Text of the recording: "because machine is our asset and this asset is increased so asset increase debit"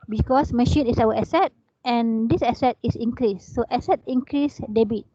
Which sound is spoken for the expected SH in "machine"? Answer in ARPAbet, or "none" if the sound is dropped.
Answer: SH